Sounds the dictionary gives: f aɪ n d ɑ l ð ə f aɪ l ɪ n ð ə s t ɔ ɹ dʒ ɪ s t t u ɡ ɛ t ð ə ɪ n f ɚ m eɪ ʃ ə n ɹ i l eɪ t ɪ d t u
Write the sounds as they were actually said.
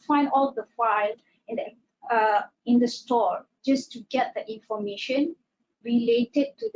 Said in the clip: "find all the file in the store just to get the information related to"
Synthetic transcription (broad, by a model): f aɪ n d ɑ l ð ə f aɪ l ɪ n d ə s t ɔ ɹ dʒ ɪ s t t u ɡ ɛ t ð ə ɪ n f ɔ m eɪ ʃ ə n ɹ i l eɪ t ɪ d t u